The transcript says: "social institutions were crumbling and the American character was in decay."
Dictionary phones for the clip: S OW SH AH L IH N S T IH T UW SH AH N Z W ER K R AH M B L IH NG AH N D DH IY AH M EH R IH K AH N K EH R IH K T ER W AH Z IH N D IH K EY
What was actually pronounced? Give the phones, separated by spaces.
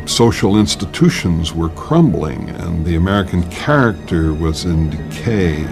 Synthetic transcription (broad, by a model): S OW SH L IH N S T IH T UW SH AH N Z W ER K R AH M B L IH NG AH N DH IY AH M EH R IH K AH N K EH R IH K T ER W AH Z IH N D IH K EY